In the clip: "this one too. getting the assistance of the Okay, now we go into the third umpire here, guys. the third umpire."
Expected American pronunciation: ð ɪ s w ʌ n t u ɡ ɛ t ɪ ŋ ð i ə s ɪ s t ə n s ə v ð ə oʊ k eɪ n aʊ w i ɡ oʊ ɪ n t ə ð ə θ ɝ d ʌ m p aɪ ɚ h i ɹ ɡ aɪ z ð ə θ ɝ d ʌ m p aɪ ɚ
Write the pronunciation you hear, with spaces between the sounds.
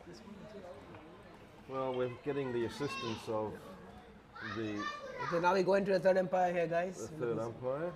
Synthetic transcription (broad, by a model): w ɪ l w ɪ ɡ ɛ t ɪ ŋ ð i ə s ɪ s t ə n s ə v ð ə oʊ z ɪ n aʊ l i ɡ oʊ ɪ n t ə ð ə θ ɝ d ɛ m p aɪ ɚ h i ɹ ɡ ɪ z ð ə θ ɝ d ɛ m p aɪ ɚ